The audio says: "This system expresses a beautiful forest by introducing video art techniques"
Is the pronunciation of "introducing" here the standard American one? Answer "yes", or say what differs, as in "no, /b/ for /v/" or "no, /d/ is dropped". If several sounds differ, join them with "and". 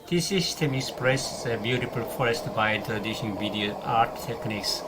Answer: no, /ʃ/ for /s/